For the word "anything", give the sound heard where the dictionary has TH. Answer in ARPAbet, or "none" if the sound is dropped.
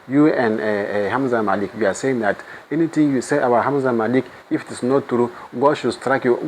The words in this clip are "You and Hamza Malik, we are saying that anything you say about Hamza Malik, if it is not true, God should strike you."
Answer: T